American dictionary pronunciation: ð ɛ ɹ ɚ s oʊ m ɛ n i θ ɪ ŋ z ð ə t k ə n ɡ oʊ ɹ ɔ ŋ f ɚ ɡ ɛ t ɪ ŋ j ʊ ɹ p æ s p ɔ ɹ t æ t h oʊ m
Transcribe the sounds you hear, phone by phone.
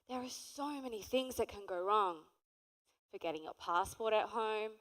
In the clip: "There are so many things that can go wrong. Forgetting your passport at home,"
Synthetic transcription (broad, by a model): ð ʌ ɹ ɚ s oʊ m ɛ n i θ ɪ ŋ z ð ə t k ə n ɡ oʊ ɹ ɔ ŋ f ɚ ɡ ɛ t ɪ ŋ j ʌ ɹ p æ s p ɔ ɹ t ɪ t h oʊ m